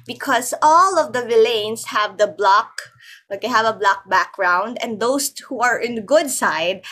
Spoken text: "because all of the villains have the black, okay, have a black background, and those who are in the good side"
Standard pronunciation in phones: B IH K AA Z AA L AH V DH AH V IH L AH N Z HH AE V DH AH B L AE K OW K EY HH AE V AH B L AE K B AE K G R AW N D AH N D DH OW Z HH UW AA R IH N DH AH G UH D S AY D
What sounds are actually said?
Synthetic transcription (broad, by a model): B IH K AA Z AA L AH V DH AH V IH L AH N S HH AE V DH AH B L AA K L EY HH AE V AH B L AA K B AE K G R AW N D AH N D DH OW S HH UW AA R IH N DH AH G UH D S AY D